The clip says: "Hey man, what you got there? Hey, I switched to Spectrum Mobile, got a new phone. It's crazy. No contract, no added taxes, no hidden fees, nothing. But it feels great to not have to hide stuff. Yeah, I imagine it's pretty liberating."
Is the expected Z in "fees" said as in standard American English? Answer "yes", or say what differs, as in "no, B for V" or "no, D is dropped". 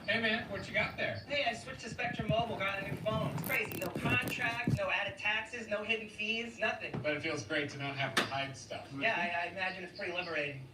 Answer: yes